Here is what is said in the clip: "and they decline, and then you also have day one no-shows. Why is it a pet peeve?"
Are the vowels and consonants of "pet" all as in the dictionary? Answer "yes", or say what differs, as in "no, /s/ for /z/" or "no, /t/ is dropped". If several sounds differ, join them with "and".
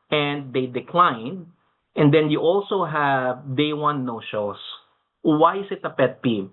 yes